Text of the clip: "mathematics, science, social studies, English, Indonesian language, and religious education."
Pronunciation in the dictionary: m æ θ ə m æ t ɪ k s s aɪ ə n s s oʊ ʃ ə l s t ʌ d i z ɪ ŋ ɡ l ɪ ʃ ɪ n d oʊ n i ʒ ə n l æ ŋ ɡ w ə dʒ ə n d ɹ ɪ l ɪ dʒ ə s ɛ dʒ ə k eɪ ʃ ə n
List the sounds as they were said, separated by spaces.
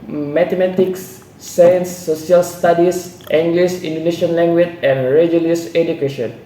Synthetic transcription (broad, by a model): m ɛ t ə m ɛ t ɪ k s s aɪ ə n s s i ə l s t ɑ d i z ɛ ŋ ɡ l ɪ s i n d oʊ n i ʃ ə n l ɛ ŋ ɡ w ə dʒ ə n ɹ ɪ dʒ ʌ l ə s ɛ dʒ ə k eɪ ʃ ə n